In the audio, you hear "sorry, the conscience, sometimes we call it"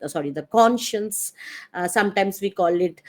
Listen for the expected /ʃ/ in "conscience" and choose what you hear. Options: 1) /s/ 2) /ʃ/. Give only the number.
2